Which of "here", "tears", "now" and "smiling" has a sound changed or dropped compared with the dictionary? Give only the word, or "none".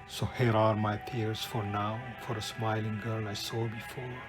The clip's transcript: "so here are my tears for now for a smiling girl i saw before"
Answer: tears